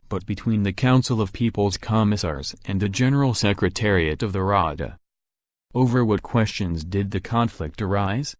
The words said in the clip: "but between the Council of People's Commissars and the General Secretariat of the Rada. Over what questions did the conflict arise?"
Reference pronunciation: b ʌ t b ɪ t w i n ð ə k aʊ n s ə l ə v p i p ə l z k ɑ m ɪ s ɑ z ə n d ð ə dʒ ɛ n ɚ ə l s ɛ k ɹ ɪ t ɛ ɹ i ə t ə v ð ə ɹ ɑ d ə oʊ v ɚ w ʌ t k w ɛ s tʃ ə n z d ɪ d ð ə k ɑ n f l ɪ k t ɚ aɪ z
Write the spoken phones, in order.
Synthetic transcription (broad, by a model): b ʌ t b ɪ t w i n ð ə k aʊ n s l ə v p i p l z k ɑ m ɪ s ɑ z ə n ð ə dʒ ɛ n ɚ l s ɛ k ɹ ɪ t ɛ ɹ i ə t ə v ð ə ɹ ɑ d ə oʊ v ɚ w ʌ t k w ɛ s tʃ ə n z d ɪ d ð ə k ɑ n f l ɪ k t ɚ aɪ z